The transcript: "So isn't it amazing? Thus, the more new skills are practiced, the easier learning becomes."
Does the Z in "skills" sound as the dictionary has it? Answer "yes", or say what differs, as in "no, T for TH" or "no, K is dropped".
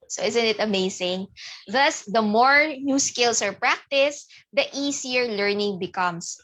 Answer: no, S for Z